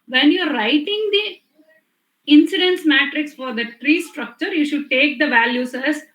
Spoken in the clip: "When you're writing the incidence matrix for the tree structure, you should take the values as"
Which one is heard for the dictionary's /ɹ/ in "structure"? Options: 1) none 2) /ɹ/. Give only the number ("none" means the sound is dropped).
2